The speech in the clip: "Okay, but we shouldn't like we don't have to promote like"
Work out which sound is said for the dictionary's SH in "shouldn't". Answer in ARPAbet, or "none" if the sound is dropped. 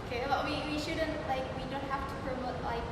SH